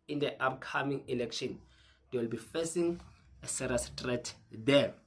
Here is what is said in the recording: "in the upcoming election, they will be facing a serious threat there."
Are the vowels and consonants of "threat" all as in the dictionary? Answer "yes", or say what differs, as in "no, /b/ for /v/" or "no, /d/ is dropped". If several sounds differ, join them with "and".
no, /t/ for /θ/